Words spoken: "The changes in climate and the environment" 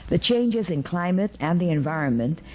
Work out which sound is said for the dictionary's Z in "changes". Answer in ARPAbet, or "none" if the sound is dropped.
Z